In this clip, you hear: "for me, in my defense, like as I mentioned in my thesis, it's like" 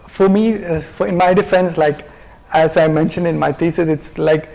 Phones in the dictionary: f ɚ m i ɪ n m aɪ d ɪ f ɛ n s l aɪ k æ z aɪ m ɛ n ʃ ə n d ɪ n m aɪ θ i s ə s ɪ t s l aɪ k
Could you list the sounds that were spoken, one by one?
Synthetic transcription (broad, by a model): f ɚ m i ɪ n m aɪ d ɪ f ɛ n s l aɪ k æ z aɪ m ɛ n ʃ ə n d ɪ n m aɪ t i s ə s ɪ t s l aɪ k